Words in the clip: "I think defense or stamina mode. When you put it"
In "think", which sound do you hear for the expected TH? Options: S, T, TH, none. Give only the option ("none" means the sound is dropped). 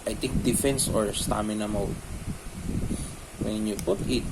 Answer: T